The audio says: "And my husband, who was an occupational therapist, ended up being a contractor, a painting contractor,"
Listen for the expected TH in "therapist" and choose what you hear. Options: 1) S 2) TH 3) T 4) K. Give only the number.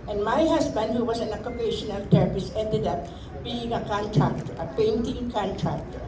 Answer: 3